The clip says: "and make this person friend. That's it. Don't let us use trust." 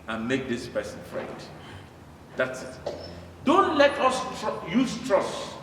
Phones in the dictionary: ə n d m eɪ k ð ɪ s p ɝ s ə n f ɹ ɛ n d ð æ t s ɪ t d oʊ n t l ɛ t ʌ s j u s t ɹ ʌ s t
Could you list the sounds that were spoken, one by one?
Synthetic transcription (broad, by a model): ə n m eɪ k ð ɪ s p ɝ s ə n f ɹ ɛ d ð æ t s ɪ t d oʊ n t l ɛ t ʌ s j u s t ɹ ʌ s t